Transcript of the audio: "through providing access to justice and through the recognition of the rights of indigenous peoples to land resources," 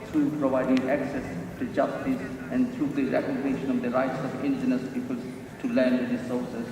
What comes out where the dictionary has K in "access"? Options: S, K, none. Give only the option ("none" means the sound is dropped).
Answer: K